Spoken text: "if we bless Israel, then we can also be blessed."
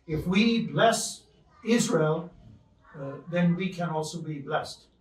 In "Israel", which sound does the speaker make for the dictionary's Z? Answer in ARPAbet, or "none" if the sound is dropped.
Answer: Z